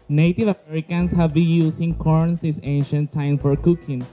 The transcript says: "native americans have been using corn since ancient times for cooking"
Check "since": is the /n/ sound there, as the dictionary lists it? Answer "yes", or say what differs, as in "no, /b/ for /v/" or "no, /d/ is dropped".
no, /n/ is dropped